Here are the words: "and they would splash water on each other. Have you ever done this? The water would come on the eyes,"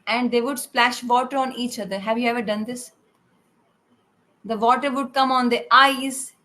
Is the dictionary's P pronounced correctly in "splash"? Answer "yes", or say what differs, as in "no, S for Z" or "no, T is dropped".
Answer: yes